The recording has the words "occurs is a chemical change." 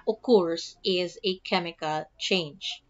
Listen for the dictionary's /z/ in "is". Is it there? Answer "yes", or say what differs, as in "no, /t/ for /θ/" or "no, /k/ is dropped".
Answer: yes